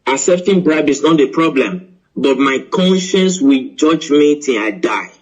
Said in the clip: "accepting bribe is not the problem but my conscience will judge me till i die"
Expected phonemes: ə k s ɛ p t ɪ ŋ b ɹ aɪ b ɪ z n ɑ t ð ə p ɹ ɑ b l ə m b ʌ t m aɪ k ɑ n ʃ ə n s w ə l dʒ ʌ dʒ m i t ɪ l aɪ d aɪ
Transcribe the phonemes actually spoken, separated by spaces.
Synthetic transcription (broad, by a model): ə s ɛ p t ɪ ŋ b ɹ aɪ b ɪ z n ɑ t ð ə p ɹ ɑ b l ə m b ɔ t m aɪ k ɑ n ʃ ə n s w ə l dʒ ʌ dʒ m i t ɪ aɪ d aɪ